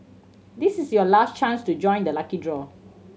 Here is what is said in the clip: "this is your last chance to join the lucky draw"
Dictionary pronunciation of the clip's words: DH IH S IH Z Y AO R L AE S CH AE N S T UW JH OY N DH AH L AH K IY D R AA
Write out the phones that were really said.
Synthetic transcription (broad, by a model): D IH S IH S Y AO L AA S CH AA N S T UW JH OY N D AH L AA K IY D R AA